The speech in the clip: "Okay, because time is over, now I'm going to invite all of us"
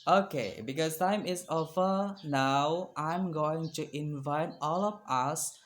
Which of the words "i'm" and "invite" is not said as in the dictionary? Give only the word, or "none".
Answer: none